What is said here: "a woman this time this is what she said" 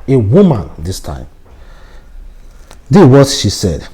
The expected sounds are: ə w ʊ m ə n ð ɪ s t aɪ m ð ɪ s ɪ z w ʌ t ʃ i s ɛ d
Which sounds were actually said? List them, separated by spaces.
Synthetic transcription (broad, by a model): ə w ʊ m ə n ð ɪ s t aɪ m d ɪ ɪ w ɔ t ʃ i s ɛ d